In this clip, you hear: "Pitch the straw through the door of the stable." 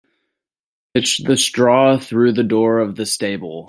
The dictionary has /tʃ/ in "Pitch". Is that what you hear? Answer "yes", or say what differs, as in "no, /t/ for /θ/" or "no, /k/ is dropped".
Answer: no, /s/ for /tʃ/